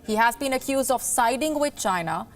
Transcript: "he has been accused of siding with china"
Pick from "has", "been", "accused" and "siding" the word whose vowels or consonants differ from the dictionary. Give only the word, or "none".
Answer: none